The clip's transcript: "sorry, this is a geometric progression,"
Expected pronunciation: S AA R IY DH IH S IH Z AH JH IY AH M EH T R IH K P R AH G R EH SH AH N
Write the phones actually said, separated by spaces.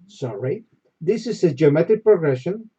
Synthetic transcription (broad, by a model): S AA R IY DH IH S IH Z AH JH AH M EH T IH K P R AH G R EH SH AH N